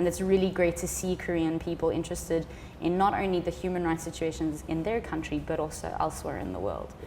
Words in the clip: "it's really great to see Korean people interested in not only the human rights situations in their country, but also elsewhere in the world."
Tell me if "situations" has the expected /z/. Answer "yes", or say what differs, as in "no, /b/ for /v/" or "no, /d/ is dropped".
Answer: yes